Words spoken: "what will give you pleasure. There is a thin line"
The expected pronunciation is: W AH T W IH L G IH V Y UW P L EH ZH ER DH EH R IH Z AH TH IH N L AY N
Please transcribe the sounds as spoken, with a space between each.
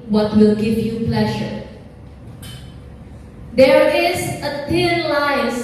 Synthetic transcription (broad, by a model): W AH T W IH L G IH V Y UW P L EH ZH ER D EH R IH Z AH T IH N L AY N